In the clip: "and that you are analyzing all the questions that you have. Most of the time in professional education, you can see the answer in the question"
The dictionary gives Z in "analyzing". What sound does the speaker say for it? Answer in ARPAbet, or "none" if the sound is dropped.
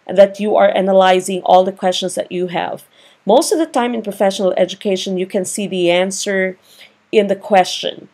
Z